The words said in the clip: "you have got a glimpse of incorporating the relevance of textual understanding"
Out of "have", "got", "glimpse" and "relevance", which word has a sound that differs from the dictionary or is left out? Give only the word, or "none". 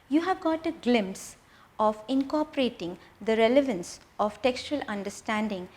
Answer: none